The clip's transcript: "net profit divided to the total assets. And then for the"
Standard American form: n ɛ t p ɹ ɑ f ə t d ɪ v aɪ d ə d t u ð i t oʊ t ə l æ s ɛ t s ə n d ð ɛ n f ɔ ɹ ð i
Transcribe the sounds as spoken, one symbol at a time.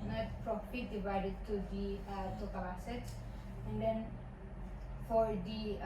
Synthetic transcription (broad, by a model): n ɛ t p ɹ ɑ p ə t d ɪ v aɪ d ə d t u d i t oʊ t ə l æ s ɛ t ə n d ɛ n f ɔ ɹ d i